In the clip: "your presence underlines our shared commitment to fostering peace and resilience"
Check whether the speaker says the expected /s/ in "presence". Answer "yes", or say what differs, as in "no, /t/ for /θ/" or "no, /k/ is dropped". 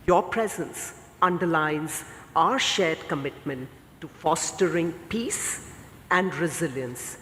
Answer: yes